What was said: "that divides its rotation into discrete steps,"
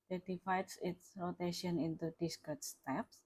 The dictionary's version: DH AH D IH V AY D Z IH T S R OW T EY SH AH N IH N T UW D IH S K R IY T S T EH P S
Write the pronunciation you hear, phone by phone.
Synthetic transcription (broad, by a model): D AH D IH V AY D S IH T S R OW T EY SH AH N IH N T UW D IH S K AO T S T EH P S